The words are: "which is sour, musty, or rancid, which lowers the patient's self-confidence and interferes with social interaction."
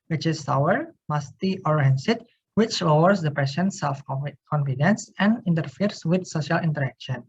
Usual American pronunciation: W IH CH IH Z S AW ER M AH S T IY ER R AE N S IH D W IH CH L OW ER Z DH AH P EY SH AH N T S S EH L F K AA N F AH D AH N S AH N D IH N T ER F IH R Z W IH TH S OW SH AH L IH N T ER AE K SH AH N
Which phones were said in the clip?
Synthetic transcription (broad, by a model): W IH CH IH S AW ER M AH S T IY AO R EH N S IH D W IH CH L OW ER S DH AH P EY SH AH N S S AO F K AA N F AH D AH N S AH N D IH N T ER F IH R S W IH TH S OW SH AH L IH N T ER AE K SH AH N